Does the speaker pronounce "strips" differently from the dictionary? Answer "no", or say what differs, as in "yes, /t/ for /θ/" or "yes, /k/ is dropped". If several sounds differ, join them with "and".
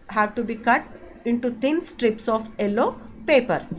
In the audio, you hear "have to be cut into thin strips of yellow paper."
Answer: no